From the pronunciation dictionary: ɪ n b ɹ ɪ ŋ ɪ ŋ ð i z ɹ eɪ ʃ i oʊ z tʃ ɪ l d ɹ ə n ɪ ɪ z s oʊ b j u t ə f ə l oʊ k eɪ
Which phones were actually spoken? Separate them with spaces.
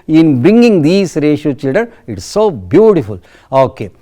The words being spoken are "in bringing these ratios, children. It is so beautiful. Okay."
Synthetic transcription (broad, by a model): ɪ n b ɹ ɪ ŋ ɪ ŋ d i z ɹ eɪ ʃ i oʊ tʃ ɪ l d ə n ɪ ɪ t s oʊ b j u t ə f ə l oʊ k eɪ